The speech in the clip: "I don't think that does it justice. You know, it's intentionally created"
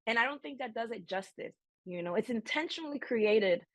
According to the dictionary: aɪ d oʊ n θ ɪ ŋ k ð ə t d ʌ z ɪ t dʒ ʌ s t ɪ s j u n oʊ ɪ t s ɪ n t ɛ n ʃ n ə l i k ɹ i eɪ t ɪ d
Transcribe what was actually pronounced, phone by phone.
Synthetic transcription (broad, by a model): aɪ d oʊ n θ ɪ ŋ k ð ə t d ʌ z ɪ t dʒ ʌ s t ɪ s j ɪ n oʊ ɪ t s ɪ n t ɛ n ʃ n l i k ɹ i eɪ t ɪ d